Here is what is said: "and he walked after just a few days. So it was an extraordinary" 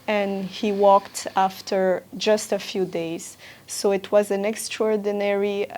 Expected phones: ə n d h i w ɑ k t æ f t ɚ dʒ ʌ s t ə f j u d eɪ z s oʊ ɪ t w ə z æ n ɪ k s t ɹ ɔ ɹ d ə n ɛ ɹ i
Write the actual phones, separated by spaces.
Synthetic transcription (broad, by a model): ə n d h i w ɑ k t æ f t ɚ dʒ ʌ s t ə f j u d eɪ z s oʊ ɪ t w ə z æ n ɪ k s t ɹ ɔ ɹ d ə n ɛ ɹ i